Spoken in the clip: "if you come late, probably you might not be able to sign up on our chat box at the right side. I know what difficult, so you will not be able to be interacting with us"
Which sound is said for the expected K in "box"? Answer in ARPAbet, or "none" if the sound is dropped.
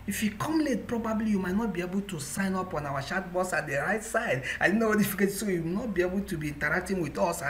none